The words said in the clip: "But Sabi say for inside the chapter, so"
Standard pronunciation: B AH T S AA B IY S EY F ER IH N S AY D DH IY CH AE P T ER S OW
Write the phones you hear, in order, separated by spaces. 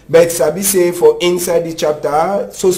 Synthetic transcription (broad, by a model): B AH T S AA B IY S EY F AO IH N S AY D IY CH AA P T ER S OW